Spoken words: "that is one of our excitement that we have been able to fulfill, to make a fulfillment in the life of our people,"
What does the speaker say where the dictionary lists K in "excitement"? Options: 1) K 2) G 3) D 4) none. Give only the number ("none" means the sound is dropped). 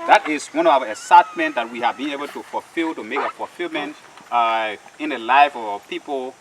4